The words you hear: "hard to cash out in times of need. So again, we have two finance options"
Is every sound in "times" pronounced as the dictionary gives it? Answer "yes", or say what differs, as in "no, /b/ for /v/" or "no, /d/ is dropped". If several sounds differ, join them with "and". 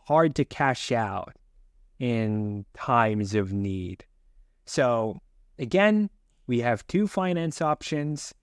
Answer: yes